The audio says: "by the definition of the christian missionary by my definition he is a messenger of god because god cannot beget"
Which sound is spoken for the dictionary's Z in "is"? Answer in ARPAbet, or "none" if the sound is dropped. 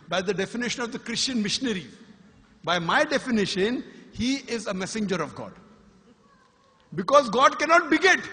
Z